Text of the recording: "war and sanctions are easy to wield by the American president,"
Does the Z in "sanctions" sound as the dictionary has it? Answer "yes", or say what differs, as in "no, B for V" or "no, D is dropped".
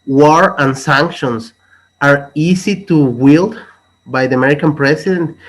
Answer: no, S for Z